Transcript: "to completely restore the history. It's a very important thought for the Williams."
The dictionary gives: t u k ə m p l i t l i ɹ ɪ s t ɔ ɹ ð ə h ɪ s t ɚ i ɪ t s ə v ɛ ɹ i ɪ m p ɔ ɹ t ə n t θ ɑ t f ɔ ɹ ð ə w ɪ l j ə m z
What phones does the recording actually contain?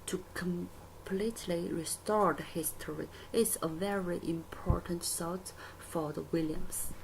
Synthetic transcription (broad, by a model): t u k ə m p l i t l i ɹ ɪ s t ɔ ɹ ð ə h ɪ s t ɚ i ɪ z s ə v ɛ ɹ i ɪ m p ɔ ɹ t ə n t s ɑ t f ɔ ɹ ð ə w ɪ l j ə m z